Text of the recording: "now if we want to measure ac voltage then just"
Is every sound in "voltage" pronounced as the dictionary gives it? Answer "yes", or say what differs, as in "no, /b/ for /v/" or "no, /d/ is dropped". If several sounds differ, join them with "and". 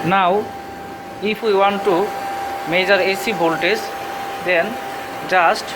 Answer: no, /b/ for /v/